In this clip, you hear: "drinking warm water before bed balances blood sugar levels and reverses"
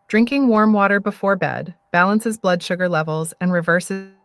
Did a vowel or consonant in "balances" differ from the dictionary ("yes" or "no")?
no